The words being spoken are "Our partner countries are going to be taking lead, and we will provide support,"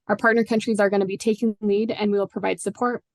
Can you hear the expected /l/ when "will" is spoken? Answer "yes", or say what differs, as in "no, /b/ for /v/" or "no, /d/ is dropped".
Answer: yes